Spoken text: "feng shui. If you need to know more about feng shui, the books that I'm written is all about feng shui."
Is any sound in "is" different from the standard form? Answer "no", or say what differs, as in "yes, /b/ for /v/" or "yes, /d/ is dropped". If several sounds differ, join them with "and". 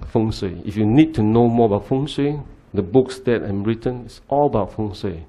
yes, /s/ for /z/